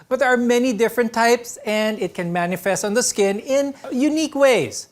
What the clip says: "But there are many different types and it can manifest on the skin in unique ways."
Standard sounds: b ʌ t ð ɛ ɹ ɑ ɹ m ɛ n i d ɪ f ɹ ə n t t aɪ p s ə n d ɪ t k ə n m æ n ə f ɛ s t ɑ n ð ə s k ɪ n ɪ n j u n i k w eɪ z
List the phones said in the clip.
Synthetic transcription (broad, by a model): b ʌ t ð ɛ ɹ ɑ ɹ m ɛ n i d ɪ f ɹ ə n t t aɪ p s ə n d ɪ t k ə n m æ n ə f ɛ s t ɑ n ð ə s k ɪ n ɪ n j u n i k w eɪ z